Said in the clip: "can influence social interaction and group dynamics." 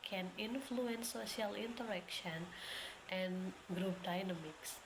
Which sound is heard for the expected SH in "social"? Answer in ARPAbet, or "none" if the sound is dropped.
none